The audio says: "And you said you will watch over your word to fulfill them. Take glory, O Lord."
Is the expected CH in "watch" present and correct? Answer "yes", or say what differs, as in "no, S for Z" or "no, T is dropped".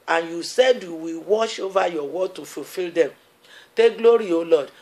no, SH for CH